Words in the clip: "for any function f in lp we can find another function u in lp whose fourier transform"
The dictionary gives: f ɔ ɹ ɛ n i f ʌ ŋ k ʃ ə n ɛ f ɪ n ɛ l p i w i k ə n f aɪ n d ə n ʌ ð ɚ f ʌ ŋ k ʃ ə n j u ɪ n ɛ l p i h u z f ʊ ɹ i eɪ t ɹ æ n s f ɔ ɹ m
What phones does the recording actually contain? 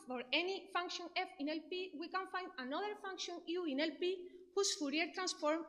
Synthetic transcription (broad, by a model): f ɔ ɹ ɛ n i f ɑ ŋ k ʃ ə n ɛ f ɪ n ɛ l p i w i k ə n f aɪ n d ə n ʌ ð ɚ f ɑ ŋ k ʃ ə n j u ɪ n ɛ l p i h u s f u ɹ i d t ɹ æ n s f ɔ ɹ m